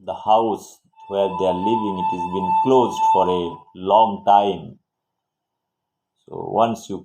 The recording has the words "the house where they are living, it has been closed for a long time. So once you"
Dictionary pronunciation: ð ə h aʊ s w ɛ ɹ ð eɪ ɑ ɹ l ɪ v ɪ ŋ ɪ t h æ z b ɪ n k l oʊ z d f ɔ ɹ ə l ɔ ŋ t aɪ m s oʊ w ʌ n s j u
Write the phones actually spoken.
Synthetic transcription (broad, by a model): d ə h aʊ s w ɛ ɹ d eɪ ɑ ɹ l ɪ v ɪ ŋ ɪ t h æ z b ɪ n k l oʊ z d f ɔ ɹ ə l ɔ ŋ t aɪ m s oʊ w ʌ n s j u